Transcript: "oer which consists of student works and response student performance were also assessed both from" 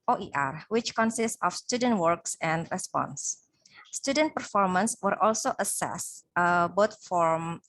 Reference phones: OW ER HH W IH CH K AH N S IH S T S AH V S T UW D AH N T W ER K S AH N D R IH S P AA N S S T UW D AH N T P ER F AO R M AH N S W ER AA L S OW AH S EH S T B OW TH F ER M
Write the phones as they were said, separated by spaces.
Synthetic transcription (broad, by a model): OW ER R W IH CH K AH N S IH S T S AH F S T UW D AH N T W ER K S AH N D R IH S P AA N S S T UW D AH N T P ER F AO R M AH N S W ER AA L S OW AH S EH S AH B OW T F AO M